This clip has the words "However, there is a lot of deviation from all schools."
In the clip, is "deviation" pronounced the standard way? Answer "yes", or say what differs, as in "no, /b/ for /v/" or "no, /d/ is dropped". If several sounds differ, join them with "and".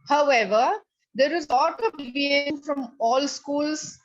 no, /ʃ/ is dropped